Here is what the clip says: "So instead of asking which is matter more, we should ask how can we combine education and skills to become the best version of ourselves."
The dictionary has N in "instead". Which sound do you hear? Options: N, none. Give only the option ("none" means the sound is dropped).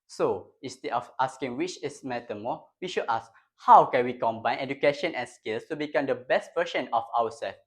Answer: none